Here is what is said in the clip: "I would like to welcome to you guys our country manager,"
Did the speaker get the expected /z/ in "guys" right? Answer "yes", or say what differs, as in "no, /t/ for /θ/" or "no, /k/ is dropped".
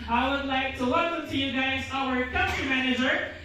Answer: yes